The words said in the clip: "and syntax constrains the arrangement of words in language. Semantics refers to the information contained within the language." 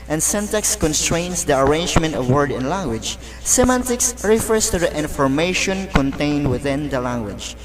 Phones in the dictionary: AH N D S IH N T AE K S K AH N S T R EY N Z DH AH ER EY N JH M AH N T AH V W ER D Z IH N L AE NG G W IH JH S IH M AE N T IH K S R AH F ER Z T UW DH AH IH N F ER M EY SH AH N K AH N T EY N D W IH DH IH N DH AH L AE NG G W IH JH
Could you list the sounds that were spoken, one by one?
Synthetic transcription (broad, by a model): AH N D S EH N T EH K S K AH N S T R EY N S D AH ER EY N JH M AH N T AH V W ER D IH N L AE NG G W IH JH S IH M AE N T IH K S R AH F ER S T UW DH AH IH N F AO M EY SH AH N K AH N T EY N D W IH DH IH N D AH L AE NG G W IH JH